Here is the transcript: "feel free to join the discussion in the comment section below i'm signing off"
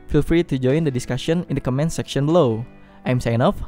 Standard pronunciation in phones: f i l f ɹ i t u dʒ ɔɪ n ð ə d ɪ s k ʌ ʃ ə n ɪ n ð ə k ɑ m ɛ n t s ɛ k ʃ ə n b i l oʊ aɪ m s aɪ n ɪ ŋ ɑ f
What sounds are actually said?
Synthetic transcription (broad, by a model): f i l f ɹ i t u dʒ ɔɪ n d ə d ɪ s k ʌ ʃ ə n ɪ n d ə k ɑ m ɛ n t s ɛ k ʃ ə n b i l oʊ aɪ m s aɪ ɪ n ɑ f